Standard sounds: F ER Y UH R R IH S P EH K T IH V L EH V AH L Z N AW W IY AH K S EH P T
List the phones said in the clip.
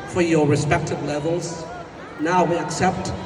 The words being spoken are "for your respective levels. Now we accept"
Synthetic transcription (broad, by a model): F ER Y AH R R IH S P EH K T IH V L EH V AH L Z N AW W IY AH K S EH P T